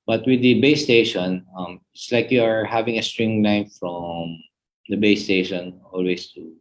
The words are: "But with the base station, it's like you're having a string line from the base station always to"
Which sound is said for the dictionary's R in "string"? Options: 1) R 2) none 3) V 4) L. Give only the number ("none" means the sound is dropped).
1